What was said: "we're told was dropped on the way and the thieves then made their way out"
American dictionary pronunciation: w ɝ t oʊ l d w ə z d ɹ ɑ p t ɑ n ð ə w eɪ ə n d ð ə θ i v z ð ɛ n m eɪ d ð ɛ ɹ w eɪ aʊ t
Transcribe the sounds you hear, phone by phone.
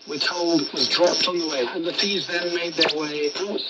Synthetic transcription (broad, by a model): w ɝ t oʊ l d w ə z d ɹ ɑ p t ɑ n ð ə w eɪ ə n ð ə f i z ð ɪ n m eɪ d ð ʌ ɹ w eɪ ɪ